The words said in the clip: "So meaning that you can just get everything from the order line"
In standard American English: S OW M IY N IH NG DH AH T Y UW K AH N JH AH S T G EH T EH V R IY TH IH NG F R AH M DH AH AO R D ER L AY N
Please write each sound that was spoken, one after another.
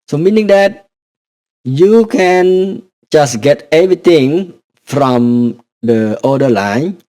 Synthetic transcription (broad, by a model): S OW M IY N IH NG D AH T Y UW K AH N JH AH S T G EH T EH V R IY T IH NG F R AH M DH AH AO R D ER L AY N